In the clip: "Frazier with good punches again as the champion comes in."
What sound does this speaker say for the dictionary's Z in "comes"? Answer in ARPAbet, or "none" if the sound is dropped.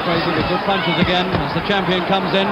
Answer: Z